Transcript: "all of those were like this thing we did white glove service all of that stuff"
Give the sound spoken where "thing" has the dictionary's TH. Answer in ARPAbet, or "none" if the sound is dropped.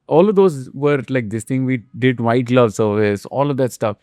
T